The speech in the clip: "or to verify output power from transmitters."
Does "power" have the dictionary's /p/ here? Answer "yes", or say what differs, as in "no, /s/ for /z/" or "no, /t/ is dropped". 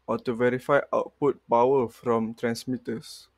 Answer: no, /b/ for /p/